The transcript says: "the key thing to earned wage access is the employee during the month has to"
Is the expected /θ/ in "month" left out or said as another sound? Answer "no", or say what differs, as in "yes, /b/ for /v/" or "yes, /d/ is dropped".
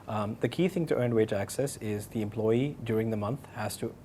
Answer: no